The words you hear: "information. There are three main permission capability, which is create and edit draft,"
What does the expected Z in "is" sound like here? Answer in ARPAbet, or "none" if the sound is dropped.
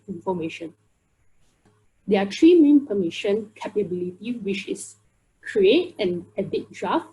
S